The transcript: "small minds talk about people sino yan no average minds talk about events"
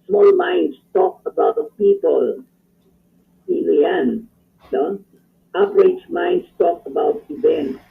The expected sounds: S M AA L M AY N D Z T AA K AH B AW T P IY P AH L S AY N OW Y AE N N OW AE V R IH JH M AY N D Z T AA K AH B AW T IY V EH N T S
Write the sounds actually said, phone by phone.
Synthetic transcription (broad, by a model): S M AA L M AY N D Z T AA K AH B AW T P IY P AH L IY L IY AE N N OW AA P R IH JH M AY N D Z T AA K AH B AW T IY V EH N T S